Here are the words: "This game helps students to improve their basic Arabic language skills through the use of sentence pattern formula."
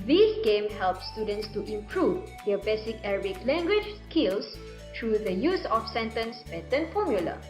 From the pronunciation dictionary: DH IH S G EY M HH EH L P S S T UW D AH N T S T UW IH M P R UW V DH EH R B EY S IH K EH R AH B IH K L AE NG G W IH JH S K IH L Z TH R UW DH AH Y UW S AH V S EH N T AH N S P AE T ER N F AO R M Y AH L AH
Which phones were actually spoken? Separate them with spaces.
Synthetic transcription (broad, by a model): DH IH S G EY M HH EH L P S S T UW D AH N T S T UW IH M P R UW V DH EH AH B EY S IH K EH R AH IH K L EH NG G W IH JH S K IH L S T R UW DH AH Y UW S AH F S EH N T AH N S B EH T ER N F AO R M Y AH L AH